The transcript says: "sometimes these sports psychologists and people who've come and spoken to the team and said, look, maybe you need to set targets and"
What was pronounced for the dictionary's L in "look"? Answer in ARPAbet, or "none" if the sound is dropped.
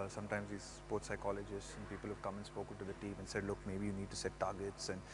L